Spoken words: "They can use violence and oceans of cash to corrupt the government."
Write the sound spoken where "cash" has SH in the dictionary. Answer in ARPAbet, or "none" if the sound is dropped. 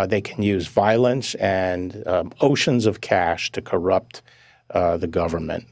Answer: SH